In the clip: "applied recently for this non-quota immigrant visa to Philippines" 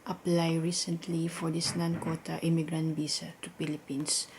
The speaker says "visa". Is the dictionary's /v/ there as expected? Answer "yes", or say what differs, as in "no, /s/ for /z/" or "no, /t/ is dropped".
no, /b/ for /v/